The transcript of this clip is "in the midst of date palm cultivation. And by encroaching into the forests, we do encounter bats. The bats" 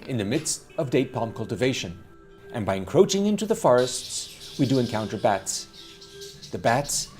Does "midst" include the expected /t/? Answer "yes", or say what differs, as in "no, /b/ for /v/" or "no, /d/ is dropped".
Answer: yes